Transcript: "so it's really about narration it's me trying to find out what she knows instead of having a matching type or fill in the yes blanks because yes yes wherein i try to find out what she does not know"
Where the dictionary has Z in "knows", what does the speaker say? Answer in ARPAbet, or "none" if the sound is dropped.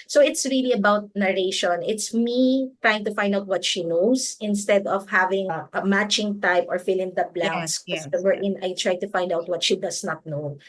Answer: S